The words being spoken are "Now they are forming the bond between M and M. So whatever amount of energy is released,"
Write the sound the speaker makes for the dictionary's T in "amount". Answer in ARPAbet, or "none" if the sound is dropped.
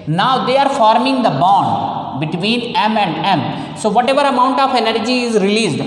T